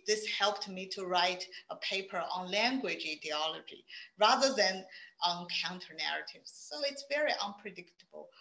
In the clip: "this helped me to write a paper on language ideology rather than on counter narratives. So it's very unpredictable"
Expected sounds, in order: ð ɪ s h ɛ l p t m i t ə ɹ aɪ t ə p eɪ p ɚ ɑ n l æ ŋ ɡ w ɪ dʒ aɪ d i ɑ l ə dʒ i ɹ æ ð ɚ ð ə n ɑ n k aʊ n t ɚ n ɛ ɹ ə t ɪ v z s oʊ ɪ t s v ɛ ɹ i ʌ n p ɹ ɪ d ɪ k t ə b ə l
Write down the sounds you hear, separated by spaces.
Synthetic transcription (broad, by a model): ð ɪ s h ɛ l p t m i t ə ɹ aɪ t ə p eɪ p ɚ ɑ n l æ ŋ ɡ w ɪ dʒ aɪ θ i ɑ l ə dʒ i ɹ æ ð ɚ ð ə n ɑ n k aʊ n t ɚ n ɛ ɹ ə t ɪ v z s oʊ ɪ t s v ɛ ɹ i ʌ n p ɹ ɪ d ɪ k t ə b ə l